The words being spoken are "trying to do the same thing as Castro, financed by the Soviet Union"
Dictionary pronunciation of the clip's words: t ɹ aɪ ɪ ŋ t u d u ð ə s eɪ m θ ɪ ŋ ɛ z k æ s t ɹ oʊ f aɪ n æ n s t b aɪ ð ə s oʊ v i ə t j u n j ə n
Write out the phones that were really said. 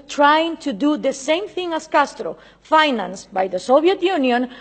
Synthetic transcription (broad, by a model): t ɹ aɪ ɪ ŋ t u d u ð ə s eɪ m θ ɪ ŋ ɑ s k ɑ s t ɹ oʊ f aɪ n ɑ n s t b aɪ ð ə s oʊ b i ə t j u n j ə n